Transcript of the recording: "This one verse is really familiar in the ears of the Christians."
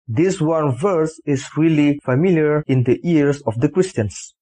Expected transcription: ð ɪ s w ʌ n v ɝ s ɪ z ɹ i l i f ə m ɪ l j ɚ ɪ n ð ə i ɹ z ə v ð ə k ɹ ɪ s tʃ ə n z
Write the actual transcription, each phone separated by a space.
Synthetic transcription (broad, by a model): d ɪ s w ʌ n v ɝ s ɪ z ɹ i l i f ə m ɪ l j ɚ ɪ n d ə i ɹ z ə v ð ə k ɹ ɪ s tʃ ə n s